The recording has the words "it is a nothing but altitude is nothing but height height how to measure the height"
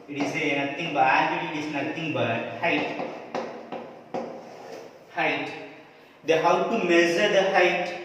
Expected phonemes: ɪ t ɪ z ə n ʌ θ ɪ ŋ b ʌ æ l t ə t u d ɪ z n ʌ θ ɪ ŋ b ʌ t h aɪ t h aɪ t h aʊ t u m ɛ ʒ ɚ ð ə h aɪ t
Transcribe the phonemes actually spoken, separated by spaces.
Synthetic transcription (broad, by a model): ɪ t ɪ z ə n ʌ t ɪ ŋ b ʌ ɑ t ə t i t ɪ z n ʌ t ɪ ŋ b ʌ t h aɪ t h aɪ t h aʊ t u m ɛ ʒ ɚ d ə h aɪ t